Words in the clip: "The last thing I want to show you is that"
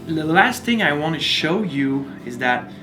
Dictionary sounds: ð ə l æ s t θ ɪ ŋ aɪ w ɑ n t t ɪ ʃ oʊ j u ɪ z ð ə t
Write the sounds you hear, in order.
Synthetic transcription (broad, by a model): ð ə l æ s t θ ɪ ŋ aɪ w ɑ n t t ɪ ʃ oʊ j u ɪ z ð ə t